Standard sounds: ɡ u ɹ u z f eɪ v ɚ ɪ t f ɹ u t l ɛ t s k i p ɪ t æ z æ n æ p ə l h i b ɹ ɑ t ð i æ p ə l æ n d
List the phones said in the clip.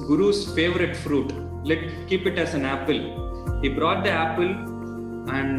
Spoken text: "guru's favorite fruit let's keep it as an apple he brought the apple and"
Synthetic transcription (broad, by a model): ɡ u ɹ u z f eɪ v ɚ ɪ t f ɹ u t l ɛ t k i p ɪ t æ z æ n æ p ə l h i b ɹ ɑ t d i æ p ə l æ n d